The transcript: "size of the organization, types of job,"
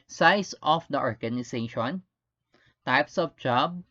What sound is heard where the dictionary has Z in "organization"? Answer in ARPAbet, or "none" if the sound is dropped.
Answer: S